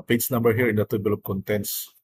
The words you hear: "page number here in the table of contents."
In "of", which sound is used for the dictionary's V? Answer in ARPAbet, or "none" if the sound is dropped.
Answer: P